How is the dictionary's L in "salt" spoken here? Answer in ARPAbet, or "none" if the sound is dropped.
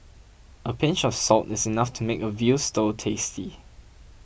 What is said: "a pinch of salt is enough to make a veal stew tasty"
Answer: L